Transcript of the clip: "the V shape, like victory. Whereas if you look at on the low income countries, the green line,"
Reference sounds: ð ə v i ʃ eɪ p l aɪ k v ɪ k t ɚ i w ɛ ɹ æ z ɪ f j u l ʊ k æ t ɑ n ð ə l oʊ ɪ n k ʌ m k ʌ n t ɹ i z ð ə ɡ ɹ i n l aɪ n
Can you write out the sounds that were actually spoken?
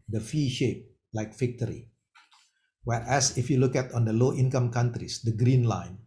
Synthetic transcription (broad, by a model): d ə f i ʃ eɪ p l aɪ k f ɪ k t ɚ i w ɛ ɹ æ s ɪ f j u l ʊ k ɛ t ɑ n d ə l oʊ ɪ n k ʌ m k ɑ n t ɹ i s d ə ɡ ɹ i n l aɪ n